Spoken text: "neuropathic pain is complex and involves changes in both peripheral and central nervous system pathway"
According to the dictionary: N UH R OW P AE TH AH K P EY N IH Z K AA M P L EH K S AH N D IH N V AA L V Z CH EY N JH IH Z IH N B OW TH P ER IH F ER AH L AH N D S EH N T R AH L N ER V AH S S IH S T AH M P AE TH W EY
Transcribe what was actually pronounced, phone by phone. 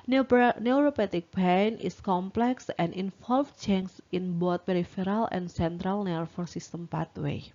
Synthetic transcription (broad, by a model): N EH R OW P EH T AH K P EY N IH S K AA M P L EH K S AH N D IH N F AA L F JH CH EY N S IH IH N B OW T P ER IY F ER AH L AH N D S EH N T R AH L N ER F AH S S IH S T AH M P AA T W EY